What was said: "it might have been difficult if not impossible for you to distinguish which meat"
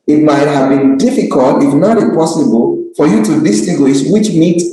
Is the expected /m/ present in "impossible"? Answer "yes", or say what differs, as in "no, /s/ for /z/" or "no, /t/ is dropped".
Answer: no, /m/ is dropped